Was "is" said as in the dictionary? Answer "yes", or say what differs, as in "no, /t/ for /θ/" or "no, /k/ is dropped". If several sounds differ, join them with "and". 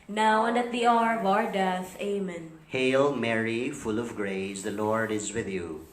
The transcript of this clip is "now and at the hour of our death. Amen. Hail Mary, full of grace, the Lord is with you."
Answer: yes